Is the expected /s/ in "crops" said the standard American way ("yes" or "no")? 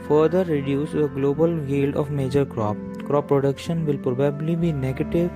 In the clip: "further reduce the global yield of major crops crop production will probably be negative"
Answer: no